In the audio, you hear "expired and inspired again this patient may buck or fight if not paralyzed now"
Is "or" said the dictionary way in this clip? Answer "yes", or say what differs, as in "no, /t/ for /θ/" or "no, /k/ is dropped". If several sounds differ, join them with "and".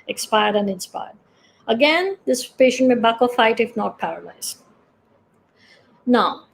no, /l/ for /ɹ/